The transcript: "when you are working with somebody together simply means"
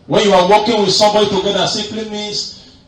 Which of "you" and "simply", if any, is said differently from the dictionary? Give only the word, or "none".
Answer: simply